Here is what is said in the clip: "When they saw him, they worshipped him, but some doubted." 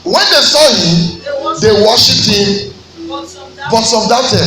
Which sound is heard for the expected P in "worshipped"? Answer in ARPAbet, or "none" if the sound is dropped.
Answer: none